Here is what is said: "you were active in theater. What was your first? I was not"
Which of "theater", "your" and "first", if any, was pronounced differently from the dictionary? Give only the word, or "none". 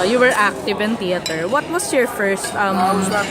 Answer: theater